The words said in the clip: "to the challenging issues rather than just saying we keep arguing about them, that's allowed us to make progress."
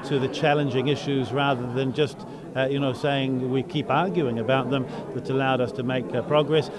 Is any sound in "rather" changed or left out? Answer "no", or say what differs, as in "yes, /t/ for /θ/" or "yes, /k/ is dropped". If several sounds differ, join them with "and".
no